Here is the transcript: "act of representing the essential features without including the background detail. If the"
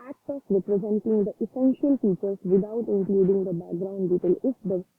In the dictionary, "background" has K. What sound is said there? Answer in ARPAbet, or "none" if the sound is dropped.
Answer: K